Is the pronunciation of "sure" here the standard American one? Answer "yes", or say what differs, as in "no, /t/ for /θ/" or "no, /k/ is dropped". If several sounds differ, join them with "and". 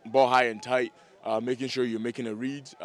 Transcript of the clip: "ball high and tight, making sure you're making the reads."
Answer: yes